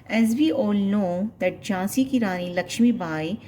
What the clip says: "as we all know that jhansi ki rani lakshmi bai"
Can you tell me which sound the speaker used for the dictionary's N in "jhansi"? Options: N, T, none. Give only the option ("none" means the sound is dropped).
none